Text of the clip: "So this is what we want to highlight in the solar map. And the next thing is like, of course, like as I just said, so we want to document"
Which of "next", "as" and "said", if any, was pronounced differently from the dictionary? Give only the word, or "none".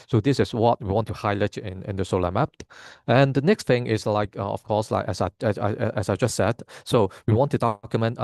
as